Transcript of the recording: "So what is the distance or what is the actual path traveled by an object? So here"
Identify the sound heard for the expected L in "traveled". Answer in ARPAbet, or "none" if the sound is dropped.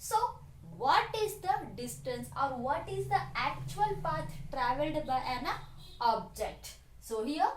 L